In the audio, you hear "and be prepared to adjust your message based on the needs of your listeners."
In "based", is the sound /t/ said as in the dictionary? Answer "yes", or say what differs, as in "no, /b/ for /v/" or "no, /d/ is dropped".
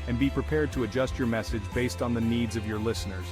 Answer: yes